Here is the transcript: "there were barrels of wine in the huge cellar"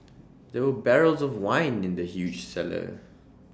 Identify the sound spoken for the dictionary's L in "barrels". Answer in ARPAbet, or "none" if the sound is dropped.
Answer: L